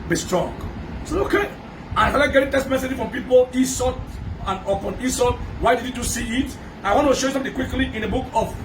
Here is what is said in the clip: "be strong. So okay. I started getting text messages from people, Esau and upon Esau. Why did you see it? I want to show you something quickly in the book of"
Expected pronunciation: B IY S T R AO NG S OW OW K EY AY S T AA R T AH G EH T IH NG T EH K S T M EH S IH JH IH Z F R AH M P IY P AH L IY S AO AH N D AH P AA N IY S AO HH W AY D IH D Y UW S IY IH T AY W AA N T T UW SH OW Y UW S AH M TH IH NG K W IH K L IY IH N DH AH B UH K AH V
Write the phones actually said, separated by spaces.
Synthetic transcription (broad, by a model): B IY S T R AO NG S OW OW K EY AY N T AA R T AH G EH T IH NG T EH S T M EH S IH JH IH F R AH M P IY P AH L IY S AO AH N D AH P AA N IY S AO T W AY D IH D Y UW S IY IH T AY W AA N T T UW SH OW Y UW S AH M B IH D K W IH K L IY IH N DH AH B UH K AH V